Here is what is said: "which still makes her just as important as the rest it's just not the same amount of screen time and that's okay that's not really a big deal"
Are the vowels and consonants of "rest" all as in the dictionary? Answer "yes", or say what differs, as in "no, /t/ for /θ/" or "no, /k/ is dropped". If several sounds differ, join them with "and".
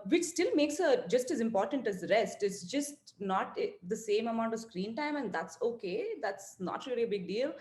yes